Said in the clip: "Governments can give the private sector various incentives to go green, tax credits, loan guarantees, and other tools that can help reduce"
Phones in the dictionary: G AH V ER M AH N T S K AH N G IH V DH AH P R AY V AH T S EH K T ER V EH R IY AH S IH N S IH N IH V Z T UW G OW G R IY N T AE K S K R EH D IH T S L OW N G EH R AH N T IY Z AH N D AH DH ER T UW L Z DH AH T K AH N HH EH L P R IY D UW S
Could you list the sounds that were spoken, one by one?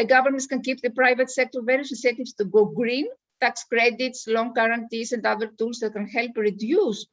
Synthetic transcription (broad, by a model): G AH V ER M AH N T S K AH N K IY P DH AH P R AY V AH T S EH K T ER V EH R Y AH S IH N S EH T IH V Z T UW G OW G R IY N T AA K S K R EH D IH T S L OW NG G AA R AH N T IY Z AH N D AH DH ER T UW L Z DH AH T K AH N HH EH L P R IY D UW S